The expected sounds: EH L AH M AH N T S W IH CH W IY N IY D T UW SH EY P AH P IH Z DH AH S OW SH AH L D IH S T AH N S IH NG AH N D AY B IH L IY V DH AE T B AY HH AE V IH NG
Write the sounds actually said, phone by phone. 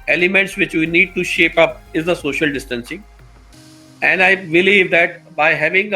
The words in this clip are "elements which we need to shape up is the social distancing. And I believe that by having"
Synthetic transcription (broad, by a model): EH L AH M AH N T S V IH CH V IY N IY D T UW SH EY P AH P IH Z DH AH S OW SH AH L D IH S T AH N S IH NG AH N D AY B IH L IY V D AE T B AY HH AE V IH NG